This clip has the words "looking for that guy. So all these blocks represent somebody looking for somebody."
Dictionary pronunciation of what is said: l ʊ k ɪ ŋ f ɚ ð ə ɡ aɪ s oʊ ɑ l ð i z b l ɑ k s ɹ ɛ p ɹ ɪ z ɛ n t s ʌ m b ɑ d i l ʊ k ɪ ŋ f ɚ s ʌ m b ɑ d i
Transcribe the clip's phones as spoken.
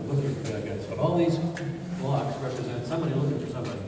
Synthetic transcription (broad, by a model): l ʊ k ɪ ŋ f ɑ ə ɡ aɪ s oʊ ɑ l ð i z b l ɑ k s ɹ ɛ p ɹ ɪ z ɛ n t s ʌ m b ɑ d i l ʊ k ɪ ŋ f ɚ s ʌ m b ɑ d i